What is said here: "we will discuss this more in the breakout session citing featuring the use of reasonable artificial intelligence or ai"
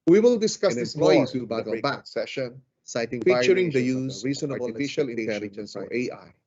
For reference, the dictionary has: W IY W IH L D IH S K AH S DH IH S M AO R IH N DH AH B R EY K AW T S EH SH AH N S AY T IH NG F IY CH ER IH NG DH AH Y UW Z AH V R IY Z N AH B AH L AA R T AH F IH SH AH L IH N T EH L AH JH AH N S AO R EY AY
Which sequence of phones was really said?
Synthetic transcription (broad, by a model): W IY W IH L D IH S K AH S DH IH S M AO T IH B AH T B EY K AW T S EH SH AH N S AY T IH NG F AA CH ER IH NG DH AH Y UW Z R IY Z AH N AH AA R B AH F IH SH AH L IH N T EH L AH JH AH N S AO R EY AY